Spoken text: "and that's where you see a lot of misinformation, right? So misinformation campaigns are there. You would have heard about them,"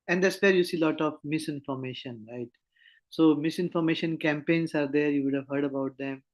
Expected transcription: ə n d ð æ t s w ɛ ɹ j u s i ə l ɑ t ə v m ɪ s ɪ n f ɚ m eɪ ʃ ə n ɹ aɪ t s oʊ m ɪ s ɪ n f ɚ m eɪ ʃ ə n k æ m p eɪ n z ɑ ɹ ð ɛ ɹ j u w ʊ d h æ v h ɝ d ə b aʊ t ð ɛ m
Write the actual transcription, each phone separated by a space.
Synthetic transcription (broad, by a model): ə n d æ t s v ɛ ɹ j u s i l ɑ t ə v m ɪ s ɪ n f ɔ m eɪ ʃ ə n ɹ aɪ t s oʊ m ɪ s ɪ n f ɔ m eɪ ʃ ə n k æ m p eɪ n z ɑ ɹ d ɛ ɹ j u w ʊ d h æ v h ɝ d ə b aʊ t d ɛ m